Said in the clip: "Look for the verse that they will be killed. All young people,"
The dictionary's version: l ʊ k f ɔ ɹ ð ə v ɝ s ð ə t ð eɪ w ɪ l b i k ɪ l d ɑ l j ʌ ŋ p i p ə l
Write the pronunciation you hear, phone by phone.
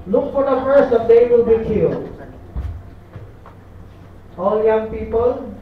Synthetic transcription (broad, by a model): l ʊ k f ɔ ɹ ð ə f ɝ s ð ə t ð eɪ w ɪ l b i k ɪ l d ɑ l j ʌ ŋ p i p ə l